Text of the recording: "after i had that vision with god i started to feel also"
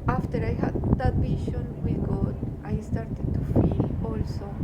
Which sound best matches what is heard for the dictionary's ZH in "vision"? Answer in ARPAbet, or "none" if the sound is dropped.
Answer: SH